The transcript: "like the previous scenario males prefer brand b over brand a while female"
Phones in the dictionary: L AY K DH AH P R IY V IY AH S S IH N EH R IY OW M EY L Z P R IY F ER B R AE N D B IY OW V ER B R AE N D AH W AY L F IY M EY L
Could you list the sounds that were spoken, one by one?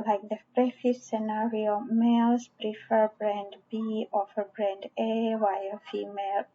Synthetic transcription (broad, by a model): L AY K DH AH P R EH F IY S S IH N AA R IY OW M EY L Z P R IY F ER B R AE N D B IY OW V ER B R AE N D AH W AY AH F IY M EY L